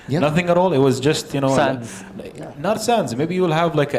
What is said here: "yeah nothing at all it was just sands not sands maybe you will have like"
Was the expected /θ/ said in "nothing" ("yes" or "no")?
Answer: yes